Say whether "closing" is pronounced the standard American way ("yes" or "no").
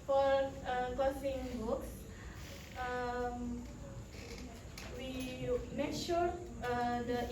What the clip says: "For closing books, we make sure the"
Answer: no